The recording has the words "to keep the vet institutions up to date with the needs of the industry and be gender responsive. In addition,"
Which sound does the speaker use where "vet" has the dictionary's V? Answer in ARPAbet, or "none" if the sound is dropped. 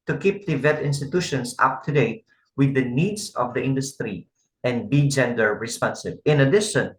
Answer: V